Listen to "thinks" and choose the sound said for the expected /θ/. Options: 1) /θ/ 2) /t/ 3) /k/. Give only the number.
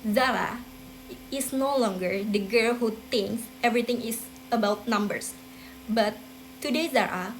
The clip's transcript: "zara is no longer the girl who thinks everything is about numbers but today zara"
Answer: 2